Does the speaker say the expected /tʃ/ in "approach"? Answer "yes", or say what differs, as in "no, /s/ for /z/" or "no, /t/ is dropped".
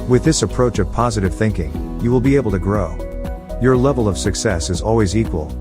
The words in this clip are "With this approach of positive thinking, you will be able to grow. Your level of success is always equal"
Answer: yes